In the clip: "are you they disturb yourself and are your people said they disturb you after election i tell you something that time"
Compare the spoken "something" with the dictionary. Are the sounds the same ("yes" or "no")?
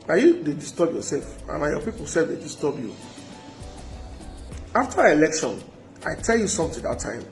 no